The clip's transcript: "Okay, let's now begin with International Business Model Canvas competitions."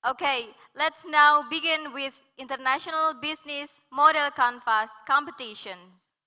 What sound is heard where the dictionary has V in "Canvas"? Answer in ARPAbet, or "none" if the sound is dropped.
F